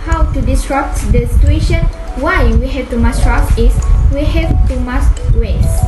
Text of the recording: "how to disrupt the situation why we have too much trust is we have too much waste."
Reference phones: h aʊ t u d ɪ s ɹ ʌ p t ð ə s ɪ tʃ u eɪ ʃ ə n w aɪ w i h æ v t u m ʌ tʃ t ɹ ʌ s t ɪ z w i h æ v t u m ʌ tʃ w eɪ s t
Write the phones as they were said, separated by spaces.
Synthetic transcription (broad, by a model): h aʊ t u d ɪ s ɹ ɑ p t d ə s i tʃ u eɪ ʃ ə n w aɪ w i h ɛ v t u m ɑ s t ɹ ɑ t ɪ s w i h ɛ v t u m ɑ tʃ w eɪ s